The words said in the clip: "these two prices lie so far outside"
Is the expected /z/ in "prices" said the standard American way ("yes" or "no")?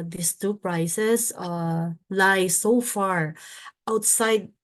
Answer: no